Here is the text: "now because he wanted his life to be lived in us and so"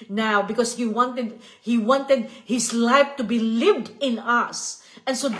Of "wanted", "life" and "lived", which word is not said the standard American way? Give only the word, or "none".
none